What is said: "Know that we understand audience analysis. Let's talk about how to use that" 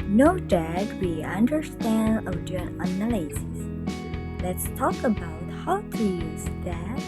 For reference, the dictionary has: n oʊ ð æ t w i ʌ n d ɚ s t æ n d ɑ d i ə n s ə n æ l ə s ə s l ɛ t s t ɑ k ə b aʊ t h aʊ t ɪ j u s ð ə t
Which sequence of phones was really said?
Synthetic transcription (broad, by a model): n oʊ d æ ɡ w i ʌ n d ɚ s t æ n d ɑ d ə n ə n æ l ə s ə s l ɛ t s t ɑ k ə b aʊ t h aʊ t ɪ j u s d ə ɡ